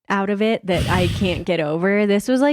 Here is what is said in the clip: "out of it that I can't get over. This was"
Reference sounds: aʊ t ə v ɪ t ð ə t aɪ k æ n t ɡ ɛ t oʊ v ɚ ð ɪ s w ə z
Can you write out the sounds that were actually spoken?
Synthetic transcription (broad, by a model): aʊ t ə v ɪ t ð ə t aɪ k æ n ɡ ɛ t oʊ v ɚ ð ɪ s w ə z